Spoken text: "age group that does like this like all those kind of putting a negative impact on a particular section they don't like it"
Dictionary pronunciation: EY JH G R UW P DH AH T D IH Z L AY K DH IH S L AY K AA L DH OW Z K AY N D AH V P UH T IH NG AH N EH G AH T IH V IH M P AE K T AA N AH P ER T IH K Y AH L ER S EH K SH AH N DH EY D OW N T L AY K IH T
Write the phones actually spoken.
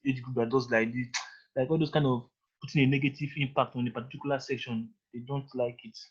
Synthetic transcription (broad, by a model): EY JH G R UW P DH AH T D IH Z L AY K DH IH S L AY K AA L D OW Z K AY N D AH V P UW T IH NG AH N EH G AH T IH V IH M P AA K T AA N AH P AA T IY K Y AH L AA S EH K SH AH N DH EY D OW N T L AY K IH T